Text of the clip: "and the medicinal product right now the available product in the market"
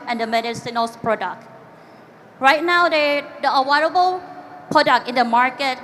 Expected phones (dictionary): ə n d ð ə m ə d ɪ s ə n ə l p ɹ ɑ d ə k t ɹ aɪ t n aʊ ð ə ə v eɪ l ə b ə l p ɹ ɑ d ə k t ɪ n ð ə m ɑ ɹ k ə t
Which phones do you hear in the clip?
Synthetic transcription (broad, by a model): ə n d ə m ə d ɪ s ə n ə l p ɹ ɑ d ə k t ɹ aɪ t n aʊ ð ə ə w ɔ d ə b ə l p ɹ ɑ d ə k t ɪ n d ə m ɑ ɹ k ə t